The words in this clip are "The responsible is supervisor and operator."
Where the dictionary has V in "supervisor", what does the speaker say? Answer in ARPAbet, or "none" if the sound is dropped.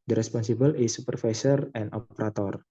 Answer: F